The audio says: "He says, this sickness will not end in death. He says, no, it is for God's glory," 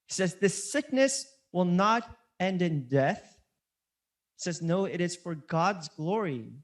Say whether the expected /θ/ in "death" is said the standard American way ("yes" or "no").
yes